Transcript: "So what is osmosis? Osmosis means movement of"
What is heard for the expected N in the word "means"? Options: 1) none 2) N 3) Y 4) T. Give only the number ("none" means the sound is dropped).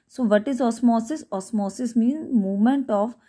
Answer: 2